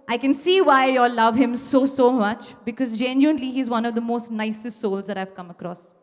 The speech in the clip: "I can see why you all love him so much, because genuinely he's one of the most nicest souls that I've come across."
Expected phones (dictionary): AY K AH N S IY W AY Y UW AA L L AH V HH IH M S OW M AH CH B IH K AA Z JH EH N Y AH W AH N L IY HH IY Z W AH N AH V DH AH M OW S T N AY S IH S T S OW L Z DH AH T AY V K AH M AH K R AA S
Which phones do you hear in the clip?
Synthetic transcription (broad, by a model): AY K AH N S IY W AY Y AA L L AH V HH IH M S OW M AH CH B IH K AA Z JH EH N Y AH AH N L IY HH IY Z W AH N AH V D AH M OW S T N AY S IH S T S OW L Z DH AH T AY V K AH M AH K R AA S